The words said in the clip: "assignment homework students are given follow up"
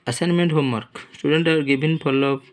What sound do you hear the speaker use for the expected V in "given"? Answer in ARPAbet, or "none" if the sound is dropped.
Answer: B